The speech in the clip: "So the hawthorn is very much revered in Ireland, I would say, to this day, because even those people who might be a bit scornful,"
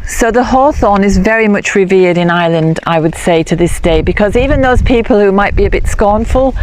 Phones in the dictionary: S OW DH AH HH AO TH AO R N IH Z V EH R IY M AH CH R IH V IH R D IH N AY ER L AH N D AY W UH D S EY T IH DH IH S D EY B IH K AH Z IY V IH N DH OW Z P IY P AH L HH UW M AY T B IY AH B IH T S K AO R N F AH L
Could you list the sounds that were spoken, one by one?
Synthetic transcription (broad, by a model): S OW DH AH HH AO TH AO N IH Z V EH R IY M AH CH R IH V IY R D IH N AY L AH N D AY W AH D S EY T IH DH IH S D EY B IH K AH Z IY V IH N DH OW Z P IY P AH L HH UW M AY T B IY AH B IH T S K AO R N F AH L